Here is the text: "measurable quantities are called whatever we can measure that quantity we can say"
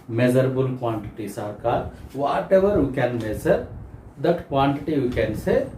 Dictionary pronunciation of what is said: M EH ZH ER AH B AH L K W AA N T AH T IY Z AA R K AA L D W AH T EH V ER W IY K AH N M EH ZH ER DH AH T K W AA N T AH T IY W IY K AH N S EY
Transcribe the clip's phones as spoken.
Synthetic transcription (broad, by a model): M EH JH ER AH B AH L K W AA N T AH T IY S AA R K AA D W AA T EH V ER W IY K AH N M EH Z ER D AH T K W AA N T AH T IY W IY K AH N S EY